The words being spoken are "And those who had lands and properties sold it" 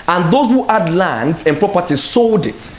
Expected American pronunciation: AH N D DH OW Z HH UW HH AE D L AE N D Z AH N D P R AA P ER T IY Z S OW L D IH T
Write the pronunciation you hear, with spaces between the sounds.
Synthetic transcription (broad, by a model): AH N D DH OW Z HH UW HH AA D L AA N D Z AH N P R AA P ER T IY S OW L D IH T